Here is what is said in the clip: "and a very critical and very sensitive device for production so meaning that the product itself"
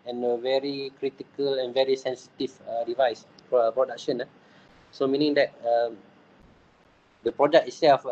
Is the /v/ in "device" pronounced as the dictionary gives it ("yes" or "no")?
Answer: yes